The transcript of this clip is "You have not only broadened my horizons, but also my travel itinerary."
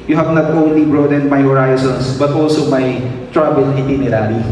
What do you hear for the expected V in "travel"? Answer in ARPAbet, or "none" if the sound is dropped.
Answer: B